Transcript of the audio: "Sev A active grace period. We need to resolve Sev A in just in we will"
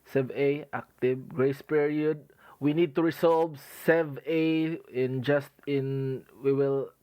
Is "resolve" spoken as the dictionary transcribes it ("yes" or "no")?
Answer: no